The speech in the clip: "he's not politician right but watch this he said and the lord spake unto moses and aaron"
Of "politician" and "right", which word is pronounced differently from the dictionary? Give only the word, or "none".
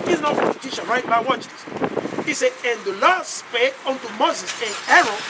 politician